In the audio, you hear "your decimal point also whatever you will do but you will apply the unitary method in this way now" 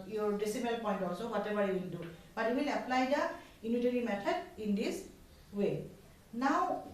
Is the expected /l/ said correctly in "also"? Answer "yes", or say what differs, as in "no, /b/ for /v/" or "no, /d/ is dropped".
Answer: no, /l/ is dropped